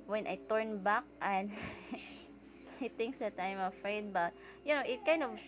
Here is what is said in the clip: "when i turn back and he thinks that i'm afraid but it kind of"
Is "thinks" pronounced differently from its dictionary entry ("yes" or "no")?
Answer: yes